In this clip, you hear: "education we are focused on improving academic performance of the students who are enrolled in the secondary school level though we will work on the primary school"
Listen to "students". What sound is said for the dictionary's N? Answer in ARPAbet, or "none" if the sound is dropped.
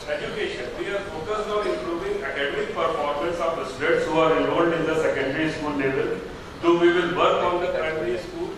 none